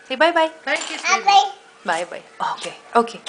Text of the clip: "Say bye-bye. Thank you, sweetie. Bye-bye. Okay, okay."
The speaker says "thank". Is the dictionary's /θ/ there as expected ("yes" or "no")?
no